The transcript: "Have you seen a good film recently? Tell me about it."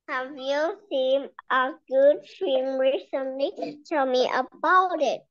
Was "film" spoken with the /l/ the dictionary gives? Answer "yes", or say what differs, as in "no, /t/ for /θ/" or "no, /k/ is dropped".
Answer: no, /l/ is dropped